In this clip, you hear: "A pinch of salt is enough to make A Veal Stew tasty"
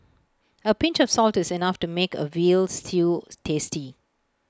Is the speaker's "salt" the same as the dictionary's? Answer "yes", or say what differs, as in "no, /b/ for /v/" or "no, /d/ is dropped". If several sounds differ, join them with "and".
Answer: yes